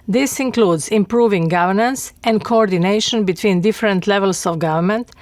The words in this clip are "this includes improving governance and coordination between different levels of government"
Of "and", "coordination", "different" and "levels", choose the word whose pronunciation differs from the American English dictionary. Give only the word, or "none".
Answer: levels